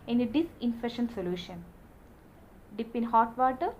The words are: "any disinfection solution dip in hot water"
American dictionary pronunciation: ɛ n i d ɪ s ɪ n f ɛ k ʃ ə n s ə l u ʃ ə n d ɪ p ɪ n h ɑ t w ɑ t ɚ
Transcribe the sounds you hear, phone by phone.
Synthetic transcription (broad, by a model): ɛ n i d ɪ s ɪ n f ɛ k ʃ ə n s ə l u ʃ ə n d ɪ p ɪ n h ɑ t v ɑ t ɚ